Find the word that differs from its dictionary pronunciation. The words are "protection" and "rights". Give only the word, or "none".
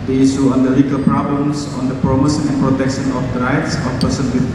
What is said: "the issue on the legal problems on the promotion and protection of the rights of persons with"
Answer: none